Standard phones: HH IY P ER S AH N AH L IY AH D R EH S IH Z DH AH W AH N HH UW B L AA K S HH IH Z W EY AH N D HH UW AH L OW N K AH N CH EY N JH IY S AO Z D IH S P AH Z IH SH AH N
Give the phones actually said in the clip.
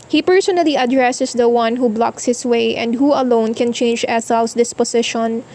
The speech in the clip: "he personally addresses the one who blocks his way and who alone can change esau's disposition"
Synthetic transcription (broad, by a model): HH IY P ER S AH N AH L IY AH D R EH S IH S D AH W AH N HH UW B L AA K S HH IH S W EY AH N D HH UW AH L OW N K AH N CH EY N JH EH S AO S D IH S P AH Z IH SH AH N